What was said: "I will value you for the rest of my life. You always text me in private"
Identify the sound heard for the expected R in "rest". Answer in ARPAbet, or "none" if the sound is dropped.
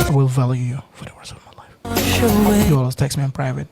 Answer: W